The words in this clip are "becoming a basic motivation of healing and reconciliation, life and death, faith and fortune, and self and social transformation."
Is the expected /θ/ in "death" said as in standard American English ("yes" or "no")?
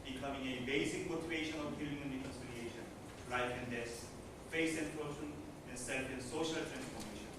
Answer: no